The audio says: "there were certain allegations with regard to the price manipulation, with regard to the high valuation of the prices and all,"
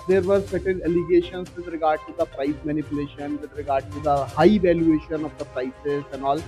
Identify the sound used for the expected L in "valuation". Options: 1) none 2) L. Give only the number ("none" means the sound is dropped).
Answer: 2